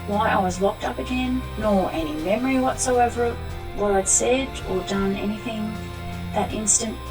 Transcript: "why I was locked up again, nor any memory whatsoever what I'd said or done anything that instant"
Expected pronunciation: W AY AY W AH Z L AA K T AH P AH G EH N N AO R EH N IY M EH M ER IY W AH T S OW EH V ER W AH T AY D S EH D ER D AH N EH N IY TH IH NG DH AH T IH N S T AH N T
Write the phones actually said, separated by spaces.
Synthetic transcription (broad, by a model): W AY AY W AH Z L AA K T AH P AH G EH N N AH R EH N IY M EH M ER IY W AH T S OW EH V ER W AH T AY D S EH D ER D AH N EH N IY TH IH NG DH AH T IH N S T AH N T